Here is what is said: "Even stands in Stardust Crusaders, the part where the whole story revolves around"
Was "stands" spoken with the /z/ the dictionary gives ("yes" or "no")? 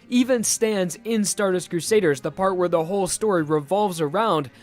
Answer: yes